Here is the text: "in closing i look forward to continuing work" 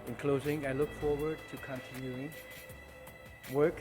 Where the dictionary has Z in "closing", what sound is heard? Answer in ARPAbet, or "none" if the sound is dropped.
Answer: Z